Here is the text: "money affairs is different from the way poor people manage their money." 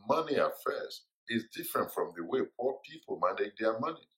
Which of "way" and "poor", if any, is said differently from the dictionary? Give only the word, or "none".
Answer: poor